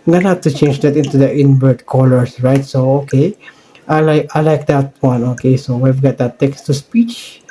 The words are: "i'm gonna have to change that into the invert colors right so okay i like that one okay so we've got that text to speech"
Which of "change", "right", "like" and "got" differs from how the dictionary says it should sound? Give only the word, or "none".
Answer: none